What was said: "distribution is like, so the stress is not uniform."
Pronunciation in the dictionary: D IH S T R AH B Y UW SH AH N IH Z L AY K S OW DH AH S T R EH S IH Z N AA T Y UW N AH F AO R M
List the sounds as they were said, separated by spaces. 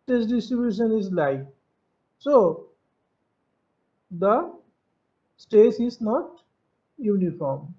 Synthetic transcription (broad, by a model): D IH S T R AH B Y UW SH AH N IH Z L AY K S OW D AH S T EH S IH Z N AA T Y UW N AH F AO R M